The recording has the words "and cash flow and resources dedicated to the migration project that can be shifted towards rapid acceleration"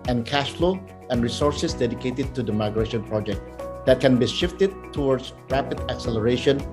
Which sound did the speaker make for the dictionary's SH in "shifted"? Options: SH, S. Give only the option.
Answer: SH